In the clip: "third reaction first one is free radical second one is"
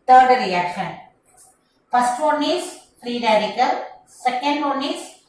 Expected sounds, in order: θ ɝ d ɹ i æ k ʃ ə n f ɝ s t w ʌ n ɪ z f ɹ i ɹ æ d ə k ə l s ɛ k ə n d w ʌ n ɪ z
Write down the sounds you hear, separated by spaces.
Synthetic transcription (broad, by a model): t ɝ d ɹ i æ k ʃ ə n p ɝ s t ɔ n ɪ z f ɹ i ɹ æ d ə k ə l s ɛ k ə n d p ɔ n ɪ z